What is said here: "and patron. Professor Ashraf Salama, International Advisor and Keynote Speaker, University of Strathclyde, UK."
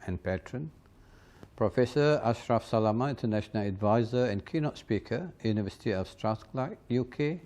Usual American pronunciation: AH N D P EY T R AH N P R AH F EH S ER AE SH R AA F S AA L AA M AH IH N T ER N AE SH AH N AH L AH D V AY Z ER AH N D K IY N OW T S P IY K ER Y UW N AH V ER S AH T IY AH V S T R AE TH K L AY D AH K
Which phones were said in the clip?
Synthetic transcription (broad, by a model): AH N P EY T R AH N P R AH F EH S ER AE SH R AA F S AA L AA M AH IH N T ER N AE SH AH N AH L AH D V AY Z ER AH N K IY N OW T S P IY K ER Y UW N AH V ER S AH T IY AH F S T R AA S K L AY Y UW K